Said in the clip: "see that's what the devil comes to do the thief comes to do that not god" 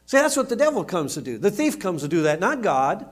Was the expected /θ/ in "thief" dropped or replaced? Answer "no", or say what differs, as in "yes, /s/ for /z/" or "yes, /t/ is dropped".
no